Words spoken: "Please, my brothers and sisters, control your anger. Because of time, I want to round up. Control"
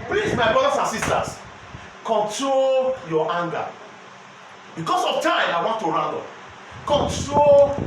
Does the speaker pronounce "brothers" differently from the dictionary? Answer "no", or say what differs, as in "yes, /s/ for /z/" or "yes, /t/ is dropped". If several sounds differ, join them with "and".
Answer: yes, /s/ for /z/